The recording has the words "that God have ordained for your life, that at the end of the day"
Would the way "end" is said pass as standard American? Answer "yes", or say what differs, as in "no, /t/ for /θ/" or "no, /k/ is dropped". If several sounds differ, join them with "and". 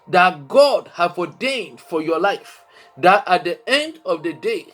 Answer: yes